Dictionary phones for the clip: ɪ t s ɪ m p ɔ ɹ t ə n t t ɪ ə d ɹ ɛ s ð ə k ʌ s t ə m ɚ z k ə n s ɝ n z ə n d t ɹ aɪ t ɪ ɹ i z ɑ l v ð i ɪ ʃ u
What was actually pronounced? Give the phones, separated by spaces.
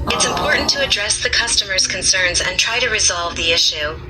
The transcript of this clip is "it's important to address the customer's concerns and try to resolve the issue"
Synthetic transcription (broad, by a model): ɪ t s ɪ m p ɔ ɹ t n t t ɪ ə d ɹ ɛ s ð ə k ʌ s t ə m ɚ z k ə n s ɝ n z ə n t ɹ aɪ t ɪ ɹ i z ɑ l v ð i ɪ ʃ u